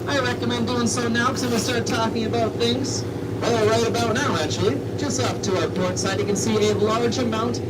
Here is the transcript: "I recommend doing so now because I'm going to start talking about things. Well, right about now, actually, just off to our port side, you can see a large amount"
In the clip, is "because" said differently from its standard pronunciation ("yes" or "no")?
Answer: yes